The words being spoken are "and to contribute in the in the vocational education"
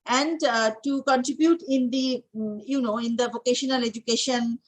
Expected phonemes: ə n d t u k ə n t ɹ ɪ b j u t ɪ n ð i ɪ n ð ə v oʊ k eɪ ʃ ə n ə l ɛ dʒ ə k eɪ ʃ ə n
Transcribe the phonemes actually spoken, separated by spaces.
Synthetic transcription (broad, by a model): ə n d t u k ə n t ɹ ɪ b j u t ɪ n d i ɪ n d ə v oʊ k eɪ ʃ ə n ə l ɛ dʒ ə k eɪ ʃ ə n